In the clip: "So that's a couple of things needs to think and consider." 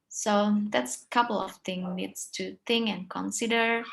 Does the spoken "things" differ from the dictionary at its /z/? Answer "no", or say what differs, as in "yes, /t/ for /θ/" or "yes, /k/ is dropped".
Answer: yes, /z/ is dropped